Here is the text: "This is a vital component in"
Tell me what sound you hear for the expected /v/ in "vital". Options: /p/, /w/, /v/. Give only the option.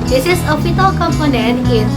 /p/